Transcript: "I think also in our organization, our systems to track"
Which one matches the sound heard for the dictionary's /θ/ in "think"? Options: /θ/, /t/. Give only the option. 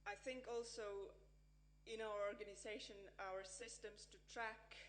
/θ/